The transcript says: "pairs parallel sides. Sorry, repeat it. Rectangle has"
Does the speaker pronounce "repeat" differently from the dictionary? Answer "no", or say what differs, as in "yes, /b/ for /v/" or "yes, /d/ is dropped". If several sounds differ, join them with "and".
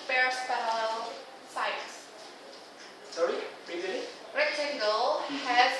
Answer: yes, /t/ is dropped